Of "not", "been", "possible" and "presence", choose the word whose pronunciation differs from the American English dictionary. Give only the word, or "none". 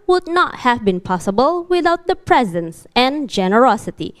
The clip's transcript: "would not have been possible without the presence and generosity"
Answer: none